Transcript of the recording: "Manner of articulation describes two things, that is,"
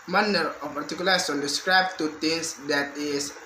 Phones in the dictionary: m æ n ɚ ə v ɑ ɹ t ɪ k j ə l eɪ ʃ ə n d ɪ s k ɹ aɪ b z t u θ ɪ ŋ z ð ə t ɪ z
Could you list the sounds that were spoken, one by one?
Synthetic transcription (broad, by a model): m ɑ n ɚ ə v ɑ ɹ t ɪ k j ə l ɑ s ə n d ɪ s k ɹ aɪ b t u t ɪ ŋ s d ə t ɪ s